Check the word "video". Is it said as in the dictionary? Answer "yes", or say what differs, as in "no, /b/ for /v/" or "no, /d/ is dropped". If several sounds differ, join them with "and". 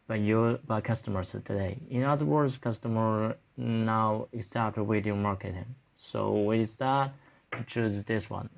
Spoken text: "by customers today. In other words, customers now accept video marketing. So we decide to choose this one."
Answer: no, /w/ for /v/